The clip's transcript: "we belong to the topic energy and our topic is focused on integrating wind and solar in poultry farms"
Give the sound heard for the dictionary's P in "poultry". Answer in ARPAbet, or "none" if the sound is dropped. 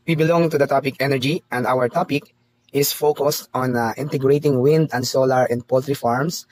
P